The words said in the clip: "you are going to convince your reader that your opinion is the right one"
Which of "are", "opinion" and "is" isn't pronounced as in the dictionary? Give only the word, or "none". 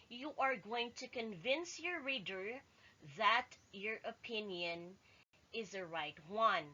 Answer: none